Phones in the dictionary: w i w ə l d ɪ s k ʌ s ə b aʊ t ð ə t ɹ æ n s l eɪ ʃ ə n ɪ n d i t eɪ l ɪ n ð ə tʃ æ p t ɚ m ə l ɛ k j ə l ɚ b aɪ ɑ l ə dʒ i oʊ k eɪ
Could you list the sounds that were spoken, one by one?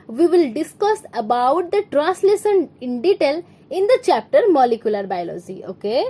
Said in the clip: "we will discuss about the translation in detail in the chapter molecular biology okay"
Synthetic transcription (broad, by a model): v i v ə l d ɪ s k ʌ s ə b aʊ t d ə t ɹ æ n s l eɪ s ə n ɪ n d i t eɪ l ɪ n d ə tʃ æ p t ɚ m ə l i k j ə l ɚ b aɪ l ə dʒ i oʊ k eɪ